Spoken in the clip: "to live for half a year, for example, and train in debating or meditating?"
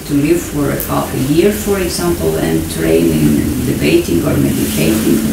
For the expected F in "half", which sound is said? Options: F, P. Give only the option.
P